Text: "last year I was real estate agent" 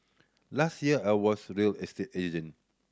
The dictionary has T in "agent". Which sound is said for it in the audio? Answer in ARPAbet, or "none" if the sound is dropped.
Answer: none